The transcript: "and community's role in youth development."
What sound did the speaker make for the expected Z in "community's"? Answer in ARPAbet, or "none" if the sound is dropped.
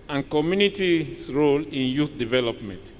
none